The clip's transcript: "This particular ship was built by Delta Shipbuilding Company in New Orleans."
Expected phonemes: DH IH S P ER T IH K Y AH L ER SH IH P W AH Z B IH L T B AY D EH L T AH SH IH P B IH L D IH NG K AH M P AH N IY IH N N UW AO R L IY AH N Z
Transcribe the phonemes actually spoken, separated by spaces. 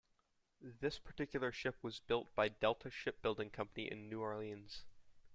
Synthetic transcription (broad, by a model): DH IH S P ER T IH K Y L ER SH IH P W AH Z B IH L T B AY D EH L T AH SH IH P B IH L D IH NG K AH M P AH N IY IH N N UW AO R L IY AH N Z